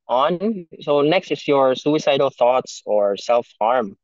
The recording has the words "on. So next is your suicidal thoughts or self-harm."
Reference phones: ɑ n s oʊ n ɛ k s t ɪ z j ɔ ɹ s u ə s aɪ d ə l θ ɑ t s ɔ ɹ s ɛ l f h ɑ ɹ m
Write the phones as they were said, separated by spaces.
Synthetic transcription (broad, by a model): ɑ n s oʊ n ɛ k s t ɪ s j ɔ ɹ s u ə s aɪ d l θ ɑ t s ɔ ɹ s ɛ l f h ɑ ɹ m